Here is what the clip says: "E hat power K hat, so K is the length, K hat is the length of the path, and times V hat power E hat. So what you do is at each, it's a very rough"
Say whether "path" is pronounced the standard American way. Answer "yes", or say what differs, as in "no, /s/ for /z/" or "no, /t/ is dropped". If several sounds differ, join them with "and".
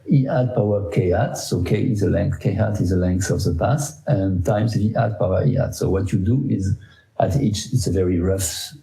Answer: no, /s/ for /θ/